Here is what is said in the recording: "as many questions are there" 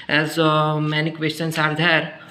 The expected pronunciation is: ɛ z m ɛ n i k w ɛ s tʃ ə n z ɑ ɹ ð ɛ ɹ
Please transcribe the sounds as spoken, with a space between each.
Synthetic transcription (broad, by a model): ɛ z m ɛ n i k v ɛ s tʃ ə n s ɑ ɹ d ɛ ɹ